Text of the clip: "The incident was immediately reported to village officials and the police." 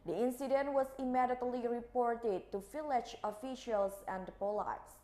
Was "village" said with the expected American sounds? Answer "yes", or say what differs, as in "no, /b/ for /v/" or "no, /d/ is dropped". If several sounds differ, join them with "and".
no, /f/ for /v/